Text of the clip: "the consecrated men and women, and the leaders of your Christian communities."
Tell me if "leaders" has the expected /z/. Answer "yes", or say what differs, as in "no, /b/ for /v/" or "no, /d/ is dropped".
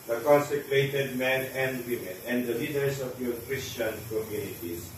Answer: no, /s/ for /z/